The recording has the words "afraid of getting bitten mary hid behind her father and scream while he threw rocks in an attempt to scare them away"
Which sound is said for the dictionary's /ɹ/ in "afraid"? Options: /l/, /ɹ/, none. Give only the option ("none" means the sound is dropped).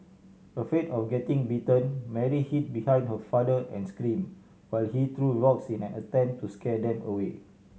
none